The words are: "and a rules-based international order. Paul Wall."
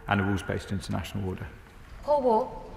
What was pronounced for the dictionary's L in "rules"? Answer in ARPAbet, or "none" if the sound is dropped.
none